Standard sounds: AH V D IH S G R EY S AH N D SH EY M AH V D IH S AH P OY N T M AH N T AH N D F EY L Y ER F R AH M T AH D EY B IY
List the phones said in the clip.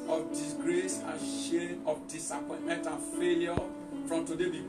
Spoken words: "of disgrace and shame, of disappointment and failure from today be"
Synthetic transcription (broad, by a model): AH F D IH S G R EY S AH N SH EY AH F D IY S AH P OY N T M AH N T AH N F EY L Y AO F R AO M T AH D EY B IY